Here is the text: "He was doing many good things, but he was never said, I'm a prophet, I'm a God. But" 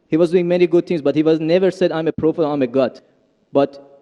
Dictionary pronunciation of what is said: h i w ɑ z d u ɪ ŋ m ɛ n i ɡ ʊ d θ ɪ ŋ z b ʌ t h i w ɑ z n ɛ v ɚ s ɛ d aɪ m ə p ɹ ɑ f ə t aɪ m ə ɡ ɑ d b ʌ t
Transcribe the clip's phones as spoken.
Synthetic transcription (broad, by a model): h i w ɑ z d u ɪ ŋ m ɛ n i ɡ ʊ d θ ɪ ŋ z b ʌ t h i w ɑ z n ɛ v ɚ s ɛ d aɪ m ə p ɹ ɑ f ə aɪ m ə ɡ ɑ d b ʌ t